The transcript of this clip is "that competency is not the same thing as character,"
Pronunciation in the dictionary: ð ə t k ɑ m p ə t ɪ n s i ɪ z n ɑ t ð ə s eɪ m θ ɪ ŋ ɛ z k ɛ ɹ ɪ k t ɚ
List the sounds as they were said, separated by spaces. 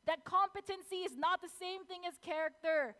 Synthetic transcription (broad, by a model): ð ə t k ɑ m p ə t ɪ n s i ɪ z n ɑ t ð ə s eɪ m θ ɪ ŋ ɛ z k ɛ ɹ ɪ k t ɚ